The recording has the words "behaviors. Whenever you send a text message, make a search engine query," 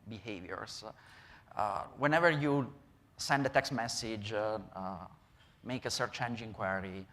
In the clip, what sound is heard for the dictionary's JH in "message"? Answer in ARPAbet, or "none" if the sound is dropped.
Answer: JH